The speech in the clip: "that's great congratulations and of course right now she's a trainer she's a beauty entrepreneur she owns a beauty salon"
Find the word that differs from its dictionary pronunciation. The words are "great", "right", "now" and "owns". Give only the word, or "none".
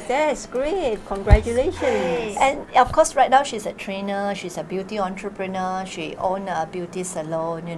owns